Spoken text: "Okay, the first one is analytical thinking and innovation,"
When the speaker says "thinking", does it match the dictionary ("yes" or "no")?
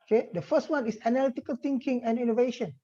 no